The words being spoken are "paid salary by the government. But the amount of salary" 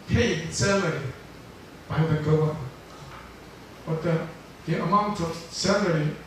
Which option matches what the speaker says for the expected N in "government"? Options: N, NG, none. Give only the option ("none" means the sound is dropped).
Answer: none